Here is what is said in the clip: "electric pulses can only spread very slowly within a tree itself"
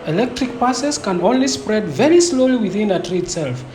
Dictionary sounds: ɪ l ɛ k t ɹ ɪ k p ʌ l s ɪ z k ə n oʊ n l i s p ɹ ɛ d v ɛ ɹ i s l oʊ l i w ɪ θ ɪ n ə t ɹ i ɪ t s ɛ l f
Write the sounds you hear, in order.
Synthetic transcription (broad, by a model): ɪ l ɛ k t ɹ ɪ k p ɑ s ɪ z k ə n oʊ n l i s p ɹ ɛ d v ɛ ɹ i s l oʊ l i w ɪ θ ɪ n ə t ɹ i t s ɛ l f